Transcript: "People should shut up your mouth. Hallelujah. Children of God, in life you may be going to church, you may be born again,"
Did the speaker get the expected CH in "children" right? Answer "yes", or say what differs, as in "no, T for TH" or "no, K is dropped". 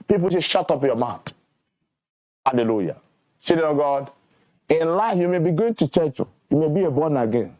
no, S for CH